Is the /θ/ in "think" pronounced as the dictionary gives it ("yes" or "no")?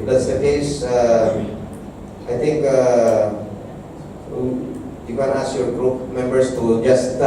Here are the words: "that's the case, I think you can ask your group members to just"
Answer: no